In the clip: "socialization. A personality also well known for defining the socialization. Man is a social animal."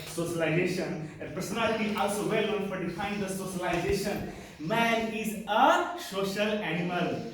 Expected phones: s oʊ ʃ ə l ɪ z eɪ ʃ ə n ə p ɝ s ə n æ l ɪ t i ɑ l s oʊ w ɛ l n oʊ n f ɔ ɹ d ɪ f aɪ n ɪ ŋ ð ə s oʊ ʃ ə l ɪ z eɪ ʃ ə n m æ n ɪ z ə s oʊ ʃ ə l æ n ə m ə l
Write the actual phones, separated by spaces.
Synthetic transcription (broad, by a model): s oʊ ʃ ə l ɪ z eɪ ʃ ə n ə p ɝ s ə n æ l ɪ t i ɑ l s oʊ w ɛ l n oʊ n f ɔ ɹ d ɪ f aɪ ɪ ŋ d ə s oʊ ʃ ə l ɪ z eɪ ʃ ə n m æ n ɪ z ə s oʊ ʃ ə l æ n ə m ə l